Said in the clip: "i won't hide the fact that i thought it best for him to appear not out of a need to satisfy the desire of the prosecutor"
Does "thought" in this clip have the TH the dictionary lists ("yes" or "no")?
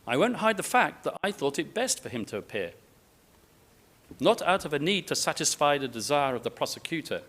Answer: yes